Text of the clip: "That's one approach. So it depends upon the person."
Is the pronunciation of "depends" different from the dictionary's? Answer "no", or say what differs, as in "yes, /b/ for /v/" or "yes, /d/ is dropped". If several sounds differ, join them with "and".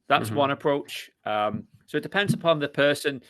no